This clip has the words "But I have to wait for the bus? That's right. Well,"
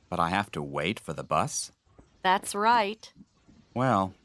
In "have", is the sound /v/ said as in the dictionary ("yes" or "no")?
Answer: no